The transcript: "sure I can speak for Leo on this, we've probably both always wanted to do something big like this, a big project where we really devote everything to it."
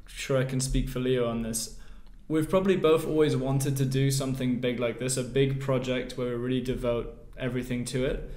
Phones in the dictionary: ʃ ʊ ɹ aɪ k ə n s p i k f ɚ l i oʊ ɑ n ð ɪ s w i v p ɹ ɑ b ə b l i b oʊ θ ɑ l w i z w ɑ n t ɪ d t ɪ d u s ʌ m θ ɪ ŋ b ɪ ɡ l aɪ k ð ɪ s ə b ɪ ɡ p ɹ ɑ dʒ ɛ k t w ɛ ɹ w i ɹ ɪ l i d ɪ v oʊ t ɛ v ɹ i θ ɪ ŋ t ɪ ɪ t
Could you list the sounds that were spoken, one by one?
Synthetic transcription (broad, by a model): ʃ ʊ ɹ aɪ k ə n s p i k f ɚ l i oʊ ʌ n ð ɪ s w i v p ɹ ɑ b ə b l i b oʊ θ ɑ l w i z w ɑ n t ɪ d t ɪ d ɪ s ʌ m θ ɪ ŋ b ɪ ɡ l aɪ k ð ɪ s ə b ɪ ɡ p ɹ ɑ dʒ ɛ k t w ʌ ɹ w i ɹ ɪ l i d ɪ v oʊ t ɛ v ɹ i θ ɪ ŋ t ɪ ɪ t